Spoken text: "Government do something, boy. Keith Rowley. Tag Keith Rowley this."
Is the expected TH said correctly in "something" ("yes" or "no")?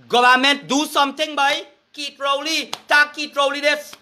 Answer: no